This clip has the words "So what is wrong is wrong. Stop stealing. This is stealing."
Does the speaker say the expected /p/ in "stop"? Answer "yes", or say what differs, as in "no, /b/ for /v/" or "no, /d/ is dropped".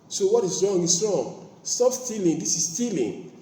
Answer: no, /f/ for /p/